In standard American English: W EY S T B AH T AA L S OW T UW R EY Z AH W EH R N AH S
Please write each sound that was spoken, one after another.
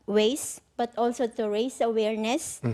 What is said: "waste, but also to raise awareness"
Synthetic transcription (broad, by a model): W EY S B AH T AA L S OW T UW R EY S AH W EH R N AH S